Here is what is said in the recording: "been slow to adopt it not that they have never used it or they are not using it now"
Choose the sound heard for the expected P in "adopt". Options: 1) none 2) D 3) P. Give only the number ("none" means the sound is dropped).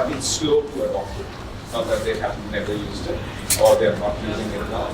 1